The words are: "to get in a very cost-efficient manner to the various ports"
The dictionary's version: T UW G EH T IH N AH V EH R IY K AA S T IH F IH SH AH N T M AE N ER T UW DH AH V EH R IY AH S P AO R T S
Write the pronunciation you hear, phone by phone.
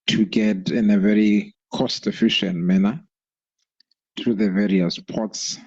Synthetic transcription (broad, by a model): T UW G EH T IH N AH V EH R IY K AA S T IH F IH SH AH N T M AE N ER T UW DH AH V EH R IY AH S P AO T S